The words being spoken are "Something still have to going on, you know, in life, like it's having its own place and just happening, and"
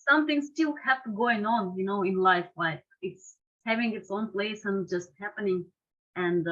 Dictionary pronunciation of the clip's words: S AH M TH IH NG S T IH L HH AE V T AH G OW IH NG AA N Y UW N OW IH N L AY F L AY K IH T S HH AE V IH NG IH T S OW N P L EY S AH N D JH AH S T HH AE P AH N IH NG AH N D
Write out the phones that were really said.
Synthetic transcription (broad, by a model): S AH M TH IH NG S T IH L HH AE F T AH G OW IH NG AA N Y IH N OW IH N L AY F L AY K IH T S HH AE V IH NG IH T S OW N P L EY S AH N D JH AH S T HH AE P AH N IH NG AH N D